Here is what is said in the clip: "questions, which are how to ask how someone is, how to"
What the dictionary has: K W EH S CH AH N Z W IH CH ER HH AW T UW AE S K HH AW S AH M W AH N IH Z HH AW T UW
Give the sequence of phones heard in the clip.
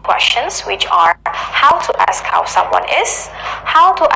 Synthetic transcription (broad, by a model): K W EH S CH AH N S W IH CH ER HH AW T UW AE S K HH AW S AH M W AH N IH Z HH AW T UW